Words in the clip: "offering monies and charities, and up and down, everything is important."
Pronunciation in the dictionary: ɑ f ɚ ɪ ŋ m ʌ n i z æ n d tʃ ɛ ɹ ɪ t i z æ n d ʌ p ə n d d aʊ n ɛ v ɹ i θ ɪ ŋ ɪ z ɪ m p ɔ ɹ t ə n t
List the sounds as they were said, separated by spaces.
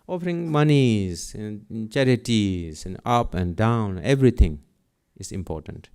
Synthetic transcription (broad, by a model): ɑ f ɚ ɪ ŋ m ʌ n i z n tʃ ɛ ɹ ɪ t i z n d ʌ p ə n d d aʊ n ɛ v ɹ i t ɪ ŋ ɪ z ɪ m p ɔ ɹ t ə n t